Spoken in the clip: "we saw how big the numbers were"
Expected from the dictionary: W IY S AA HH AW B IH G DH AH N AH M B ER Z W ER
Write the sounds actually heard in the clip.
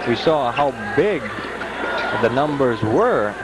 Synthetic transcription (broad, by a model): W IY S AA HH AW B IH G DH AH N AH M B ER Z W ER